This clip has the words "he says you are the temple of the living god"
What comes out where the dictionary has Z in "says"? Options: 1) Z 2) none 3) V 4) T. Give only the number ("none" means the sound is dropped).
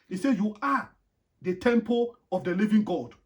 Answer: 2